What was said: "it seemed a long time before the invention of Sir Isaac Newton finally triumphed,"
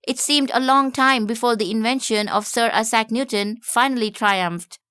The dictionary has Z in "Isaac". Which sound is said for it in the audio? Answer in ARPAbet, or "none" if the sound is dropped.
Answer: S